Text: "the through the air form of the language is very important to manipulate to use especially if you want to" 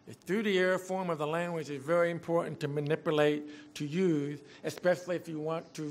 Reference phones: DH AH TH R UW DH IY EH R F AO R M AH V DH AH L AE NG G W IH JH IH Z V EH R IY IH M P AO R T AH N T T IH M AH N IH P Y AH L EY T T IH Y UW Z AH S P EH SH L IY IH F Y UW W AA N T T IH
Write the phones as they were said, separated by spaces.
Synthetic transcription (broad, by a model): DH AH TH R UW DH IY EH R F AO R M AH V DH AH L AE NG G W IH JH IH Z V EH R IY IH M P AO R T N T T IH M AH N IH P Y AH L EY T T IH Y UW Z AH S P EH SH L IY IH F Y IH W AA N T T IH